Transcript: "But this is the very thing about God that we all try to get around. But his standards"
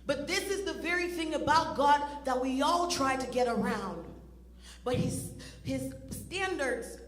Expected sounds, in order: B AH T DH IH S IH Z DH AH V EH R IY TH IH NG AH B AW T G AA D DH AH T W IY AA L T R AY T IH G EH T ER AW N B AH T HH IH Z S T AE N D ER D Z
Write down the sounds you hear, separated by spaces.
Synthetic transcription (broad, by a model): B AH T DH IH S IH Z DH AH V EH R IY TH IH NG AH B AW T G AA D DH AH T W IY AA L T R AY T IH G EH T ER AW N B AH T HH IH Z S T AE N D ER D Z